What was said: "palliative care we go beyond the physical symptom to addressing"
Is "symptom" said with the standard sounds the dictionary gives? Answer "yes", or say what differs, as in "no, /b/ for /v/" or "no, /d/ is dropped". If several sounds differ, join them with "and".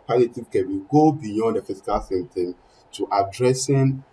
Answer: no, /p/ is dropped